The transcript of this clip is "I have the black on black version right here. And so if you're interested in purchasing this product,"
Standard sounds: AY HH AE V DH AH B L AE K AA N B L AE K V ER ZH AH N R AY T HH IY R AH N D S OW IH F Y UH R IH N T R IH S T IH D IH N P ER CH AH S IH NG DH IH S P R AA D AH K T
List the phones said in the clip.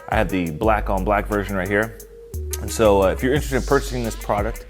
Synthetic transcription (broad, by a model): AY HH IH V DH AH B L AE K AA N B L AE K V ER ZH AH N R AY T HH IY R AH N S OW IH F Y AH R IH N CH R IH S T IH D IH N P ER CH AH S IH NG DH IH S P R AA D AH K T